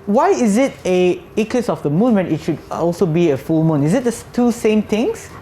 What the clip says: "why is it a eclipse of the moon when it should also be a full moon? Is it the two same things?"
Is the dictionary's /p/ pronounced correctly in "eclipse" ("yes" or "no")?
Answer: no